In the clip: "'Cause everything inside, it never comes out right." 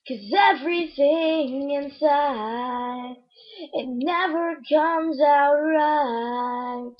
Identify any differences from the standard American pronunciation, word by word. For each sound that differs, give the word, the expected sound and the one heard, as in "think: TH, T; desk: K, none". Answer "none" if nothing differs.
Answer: none